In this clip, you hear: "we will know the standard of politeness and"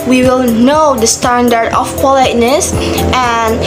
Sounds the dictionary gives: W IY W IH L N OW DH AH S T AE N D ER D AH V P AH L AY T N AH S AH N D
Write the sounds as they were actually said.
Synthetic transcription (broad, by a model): W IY W IH L N OW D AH S T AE N D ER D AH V P AH L AY T N AH S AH N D